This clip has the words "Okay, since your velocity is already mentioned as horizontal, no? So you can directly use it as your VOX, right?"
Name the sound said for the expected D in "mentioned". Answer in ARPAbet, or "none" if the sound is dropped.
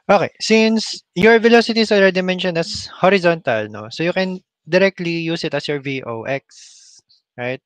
none